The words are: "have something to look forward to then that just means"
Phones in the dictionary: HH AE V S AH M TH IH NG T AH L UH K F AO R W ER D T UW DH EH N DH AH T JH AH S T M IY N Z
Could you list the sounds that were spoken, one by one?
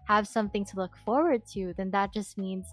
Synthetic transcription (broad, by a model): HH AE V S AH M TH IH NG T AH L UH K F AO R W ER D T UW DH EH N DH AH T JH AH S T M IY N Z